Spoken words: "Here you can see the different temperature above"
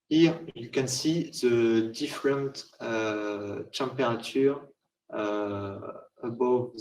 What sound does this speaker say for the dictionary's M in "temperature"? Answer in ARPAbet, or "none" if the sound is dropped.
none